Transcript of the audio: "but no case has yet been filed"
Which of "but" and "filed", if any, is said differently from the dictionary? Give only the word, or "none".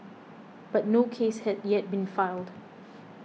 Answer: none